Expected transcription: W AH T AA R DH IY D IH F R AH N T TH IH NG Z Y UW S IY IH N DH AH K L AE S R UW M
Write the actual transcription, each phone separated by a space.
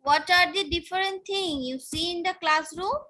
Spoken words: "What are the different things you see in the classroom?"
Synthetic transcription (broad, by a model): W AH T AA R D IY D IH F R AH N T T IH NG Y UW S IY IH N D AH K L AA S R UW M